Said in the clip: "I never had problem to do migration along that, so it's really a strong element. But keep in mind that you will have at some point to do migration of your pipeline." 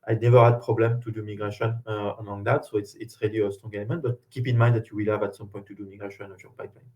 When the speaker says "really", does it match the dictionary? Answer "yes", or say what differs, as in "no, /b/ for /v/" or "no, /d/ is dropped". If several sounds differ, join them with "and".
yes